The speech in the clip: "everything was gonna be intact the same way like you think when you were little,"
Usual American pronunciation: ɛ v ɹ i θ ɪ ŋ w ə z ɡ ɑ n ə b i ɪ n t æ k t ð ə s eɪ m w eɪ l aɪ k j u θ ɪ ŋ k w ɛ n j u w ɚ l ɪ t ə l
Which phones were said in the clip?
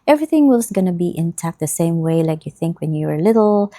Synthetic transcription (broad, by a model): ɛ v ɹ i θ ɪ ŋ w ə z ɡ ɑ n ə b i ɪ n t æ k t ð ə s eɪ m w eɪ l aɪ k j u θ ɪ ŋ k w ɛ n j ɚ l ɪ t l